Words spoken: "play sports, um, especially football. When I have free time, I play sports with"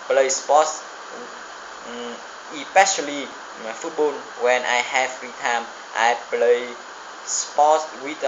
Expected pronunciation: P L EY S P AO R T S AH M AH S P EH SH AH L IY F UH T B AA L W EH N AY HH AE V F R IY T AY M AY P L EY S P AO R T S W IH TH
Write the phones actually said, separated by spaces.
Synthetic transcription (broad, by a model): P L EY S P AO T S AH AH P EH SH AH L IY F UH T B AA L W EH N AY HH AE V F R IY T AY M AY P L EY S P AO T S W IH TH